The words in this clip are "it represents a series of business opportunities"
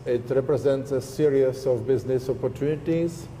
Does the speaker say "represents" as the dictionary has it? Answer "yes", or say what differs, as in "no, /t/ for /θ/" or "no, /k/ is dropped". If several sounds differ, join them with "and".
yes